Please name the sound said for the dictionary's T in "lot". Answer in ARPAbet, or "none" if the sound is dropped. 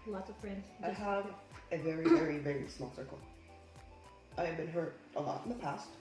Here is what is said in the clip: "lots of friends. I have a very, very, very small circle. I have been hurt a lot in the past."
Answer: T